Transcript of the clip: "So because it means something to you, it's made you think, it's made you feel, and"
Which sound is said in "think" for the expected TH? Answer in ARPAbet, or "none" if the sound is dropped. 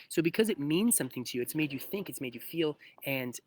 TH